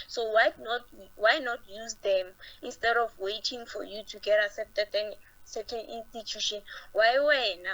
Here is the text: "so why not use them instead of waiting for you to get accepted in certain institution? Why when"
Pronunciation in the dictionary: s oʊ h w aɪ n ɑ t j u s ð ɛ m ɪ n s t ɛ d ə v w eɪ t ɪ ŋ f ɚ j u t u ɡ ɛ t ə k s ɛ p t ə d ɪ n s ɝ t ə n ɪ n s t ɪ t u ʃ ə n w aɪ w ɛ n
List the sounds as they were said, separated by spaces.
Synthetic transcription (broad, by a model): s oʊ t w aɪ n ɑ t j u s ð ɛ m ɪ n s t ɛ d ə f w eɪ t ɪ ŋ f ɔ j u t u ɡ ɛ t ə s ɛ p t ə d ɪ n s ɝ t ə n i n s t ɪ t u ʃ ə n w aɪ w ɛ n